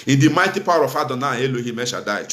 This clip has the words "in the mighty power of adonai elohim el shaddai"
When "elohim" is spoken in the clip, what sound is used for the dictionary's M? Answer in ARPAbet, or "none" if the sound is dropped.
M